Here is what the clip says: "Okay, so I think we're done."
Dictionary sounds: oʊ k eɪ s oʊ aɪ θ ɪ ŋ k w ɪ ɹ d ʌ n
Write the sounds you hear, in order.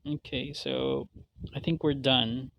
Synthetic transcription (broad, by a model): oʊ k eɪ s oʊ aɪ θ ɪ ŋ k w ɪ ɹ d ʌ n